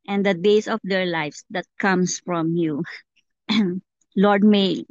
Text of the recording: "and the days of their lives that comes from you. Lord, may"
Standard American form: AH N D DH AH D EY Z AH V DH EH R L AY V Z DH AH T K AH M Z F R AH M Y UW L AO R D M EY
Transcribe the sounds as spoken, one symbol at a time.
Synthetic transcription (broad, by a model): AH N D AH D EY S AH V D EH R L AY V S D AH T K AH M S F R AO M Y UW L AO R D M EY